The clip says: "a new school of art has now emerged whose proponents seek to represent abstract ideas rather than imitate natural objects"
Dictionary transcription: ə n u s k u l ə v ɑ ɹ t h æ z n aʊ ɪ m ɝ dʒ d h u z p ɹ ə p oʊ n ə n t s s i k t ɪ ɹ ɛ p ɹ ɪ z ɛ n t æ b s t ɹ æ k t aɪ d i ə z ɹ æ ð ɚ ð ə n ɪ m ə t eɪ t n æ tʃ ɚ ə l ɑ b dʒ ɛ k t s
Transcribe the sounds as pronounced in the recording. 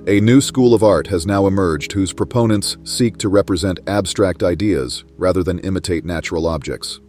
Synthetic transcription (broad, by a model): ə n u s k u l ə v ɑ ɹ t h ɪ z n aʊ ɪ m ɝ dʒ d h u z p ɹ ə p oʊ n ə n t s s i k t ɪ ɹ ɛ p ɹ ɪ z ɛ n t æ b s t ɹ æ k t aɪ d i ə z ɹ æ ð ɚ ð ə n ɪ m ə t eɪ t n æ tʃ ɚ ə l ɑ b dʒ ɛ k t s